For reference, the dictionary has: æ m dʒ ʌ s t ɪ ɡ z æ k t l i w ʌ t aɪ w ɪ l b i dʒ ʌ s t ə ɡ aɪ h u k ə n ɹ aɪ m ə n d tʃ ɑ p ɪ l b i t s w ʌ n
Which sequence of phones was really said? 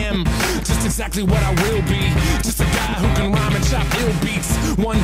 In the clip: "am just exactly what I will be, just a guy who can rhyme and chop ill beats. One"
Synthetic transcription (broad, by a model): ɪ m dʒ ʌ s t ɪ ɡ z æ k t l i w ʌ t aɪ w ɪ l b i dʒ ʌ s t ə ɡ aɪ h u k ə n ɹ aɪ m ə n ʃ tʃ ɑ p ɪ l b i t s w ʌ n